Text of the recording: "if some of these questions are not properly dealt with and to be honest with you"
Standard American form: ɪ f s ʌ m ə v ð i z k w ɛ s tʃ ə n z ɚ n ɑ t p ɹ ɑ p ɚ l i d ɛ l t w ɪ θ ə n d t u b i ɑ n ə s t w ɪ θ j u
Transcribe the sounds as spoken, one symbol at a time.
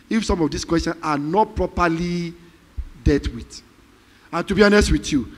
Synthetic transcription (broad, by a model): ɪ f s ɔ m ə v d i s k w ɛ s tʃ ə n ɑ n ɑ t p ɹ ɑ p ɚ l i d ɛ t w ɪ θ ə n t u b i ɑ n ə s t w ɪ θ j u